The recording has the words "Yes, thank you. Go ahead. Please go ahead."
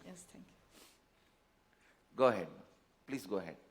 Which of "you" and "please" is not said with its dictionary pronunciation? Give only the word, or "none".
please